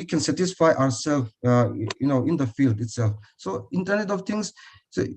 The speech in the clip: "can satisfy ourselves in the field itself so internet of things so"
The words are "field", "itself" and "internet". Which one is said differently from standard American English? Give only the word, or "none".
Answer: none